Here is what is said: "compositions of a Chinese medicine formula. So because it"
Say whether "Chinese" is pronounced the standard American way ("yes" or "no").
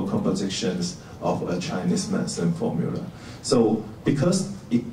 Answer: no